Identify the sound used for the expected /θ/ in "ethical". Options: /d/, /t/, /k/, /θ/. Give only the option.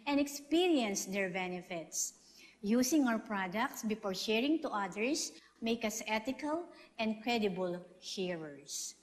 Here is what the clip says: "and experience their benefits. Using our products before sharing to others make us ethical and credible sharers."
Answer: /t/